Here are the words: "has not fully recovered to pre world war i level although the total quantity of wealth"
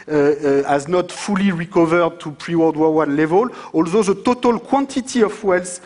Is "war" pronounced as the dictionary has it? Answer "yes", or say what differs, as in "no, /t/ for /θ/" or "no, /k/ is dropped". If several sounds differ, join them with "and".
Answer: no, /w/ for /ɹ/